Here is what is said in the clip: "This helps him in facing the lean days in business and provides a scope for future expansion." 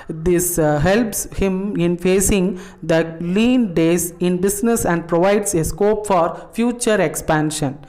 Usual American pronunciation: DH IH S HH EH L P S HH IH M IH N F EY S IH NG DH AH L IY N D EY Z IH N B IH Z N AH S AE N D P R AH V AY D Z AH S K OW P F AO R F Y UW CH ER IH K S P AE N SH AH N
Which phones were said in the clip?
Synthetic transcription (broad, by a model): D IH S HH EH L P S HH IH M IH N F EY S IH NG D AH L IY N D EY S IH N B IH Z N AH S AE N D P R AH V AY D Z AH S K OW P F AO R F Y UW CH ER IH K S P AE N SH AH N